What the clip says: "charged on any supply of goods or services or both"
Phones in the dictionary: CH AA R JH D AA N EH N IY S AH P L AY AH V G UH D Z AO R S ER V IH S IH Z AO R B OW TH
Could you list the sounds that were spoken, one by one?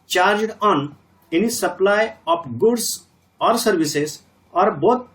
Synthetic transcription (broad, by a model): CH AA R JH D AA N EH N IY S AH P L AY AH P G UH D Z AO R S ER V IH S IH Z AO R B OW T